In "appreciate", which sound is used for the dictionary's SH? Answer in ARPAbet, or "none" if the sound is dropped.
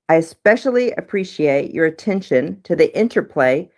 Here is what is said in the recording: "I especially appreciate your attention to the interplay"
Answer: SH